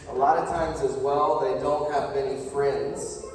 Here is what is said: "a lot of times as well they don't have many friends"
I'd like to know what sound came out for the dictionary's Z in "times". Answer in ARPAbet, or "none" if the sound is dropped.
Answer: Z